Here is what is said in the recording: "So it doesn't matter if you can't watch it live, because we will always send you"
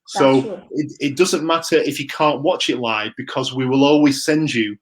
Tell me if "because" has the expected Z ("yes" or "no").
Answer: yes